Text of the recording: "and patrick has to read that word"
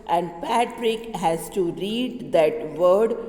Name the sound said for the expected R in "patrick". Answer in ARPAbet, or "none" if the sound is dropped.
R